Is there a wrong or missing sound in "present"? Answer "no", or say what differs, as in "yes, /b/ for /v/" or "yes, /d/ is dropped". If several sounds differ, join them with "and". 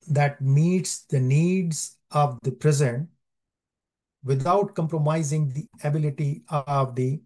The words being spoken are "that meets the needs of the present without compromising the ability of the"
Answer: no